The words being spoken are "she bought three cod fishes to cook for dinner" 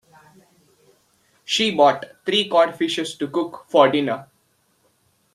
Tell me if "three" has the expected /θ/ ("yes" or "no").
no